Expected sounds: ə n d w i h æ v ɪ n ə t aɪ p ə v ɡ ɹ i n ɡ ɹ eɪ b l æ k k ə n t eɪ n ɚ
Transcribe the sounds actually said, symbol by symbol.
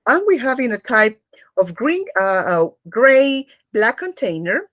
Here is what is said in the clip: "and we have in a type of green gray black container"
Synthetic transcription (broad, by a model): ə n w i h æ v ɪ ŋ ə t aɪ p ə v ɡ ɹ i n ɡ ɹ eɪ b l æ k k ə n t eɪ n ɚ